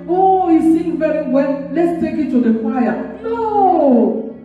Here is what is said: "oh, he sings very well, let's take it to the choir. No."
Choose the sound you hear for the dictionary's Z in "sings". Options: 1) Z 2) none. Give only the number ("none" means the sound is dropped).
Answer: 2